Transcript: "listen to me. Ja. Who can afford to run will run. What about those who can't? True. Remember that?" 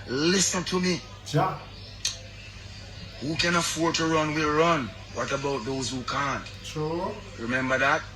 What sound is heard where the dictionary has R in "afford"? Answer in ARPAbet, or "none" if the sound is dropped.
R